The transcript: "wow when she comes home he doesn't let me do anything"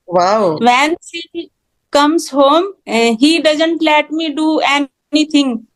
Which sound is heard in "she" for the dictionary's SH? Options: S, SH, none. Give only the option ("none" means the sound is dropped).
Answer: S